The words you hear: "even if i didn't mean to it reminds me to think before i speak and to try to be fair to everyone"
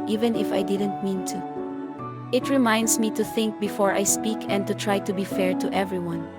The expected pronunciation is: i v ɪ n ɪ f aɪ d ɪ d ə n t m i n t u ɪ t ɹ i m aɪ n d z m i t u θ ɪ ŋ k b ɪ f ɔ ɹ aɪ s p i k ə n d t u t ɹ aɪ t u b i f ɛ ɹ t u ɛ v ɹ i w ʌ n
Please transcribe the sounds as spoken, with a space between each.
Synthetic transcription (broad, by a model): i v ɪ n ɪ f aɪ d ɪ d ə n t m i n t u ɪ t ɹ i m aɪ n d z m i t u θ ɪ ŋ k b ɪ f ɔ ɹ aɪ s p i k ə n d t u t ɹ aɪ t u b i f ɛ ɹ t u ɛ v ɹ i w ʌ n